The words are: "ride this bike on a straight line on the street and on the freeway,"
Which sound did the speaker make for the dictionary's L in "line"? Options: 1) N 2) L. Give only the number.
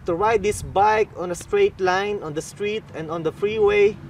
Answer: 2